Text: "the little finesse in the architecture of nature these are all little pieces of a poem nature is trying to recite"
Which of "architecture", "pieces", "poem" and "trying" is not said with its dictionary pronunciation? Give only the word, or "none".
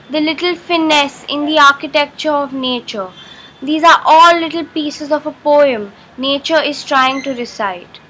none